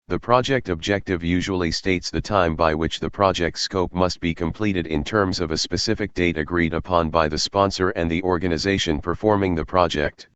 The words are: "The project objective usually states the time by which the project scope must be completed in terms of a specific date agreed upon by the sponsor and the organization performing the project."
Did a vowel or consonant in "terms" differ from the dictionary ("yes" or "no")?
no